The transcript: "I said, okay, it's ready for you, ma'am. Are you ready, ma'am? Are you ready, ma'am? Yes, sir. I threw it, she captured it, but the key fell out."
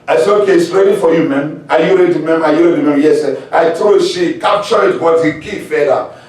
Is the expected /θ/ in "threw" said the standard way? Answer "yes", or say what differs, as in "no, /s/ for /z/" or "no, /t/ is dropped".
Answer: no, /t/ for /θ/